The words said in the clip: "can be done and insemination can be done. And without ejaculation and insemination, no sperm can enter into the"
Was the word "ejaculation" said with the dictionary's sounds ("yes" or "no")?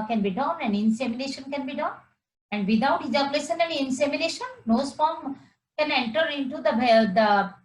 no